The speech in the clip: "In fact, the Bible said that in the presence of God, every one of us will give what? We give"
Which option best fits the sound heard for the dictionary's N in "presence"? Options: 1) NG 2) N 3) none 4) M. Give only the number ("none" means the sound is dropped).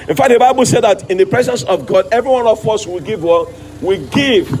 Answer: 2